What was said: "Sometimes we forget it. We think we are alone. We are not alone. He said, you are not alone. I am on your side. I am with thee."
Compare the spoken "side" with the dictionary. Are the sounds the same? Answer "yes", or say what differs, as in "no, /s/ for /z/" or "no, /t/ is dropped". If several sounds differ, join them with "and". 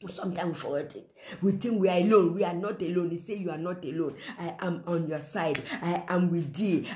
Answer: yes